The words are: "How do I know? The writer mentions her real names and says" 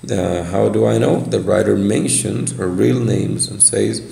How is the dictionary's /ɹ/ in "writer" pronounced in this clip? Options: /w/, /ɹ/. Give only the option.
/ɹ/